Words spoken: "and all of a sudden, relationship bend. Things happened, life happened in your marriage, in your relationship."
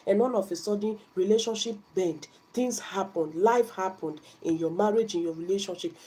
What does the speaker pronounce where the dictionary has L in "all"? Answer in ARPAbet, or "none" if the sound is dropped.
N